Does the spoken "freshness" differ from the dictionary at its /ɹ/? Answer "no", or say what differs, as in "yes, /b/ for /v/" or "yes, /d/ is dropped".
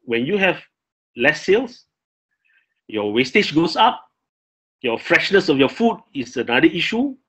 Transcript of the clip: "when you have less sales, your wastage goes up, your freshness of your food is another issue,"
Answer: no